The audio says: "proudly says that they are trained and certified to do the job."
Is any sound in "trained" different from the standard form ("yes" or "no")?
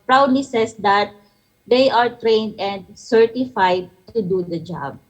no